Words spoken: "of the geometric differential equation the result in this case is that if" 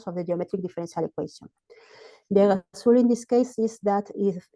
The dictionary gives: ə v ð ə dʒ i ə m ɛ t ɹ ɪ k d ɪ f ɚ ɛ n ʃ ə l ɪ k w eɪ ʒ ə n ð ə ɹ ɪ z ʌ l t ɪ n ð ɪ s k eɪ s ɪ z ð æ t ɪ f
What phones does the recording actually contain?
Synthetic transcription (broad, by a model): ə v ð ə dʒ i ə m ɛ t ɹ ɪ k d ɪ f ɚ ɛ n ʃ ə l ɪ k w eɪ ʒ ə n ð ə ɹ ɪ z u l ɪ n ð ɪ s k eɪ s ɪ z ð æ t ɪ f